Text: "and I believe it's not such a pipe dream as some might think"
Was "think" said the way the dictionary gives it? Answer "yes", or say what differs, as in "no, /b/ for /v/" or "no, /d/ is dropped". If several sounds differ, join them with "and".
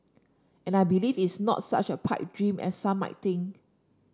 no, /t/ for /θ/ and /k/ is dropped